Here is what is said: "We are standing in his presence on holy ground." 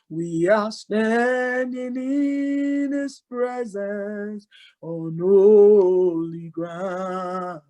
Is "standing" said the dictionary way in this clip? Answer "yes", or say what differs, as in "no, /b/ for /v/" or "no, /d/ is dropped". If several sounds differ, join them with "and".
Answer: yes